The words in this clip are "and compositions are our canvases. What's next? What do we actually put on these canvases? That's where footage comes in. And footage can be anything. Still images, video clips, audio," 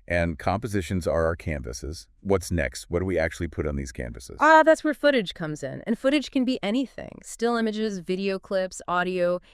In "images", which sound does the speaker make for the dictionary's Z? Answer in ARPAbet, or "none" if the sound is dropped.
Z